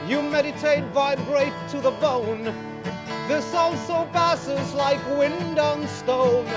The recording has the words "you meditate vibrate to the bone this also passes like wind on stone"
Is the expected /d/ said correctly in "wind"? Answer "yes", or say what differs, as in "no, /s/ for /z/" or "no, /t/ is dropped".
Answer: yes